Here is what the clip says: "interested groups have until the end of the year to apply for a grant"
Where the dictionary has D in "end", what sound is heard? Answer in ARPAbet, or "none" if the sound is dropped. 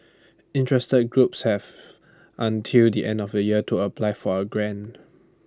D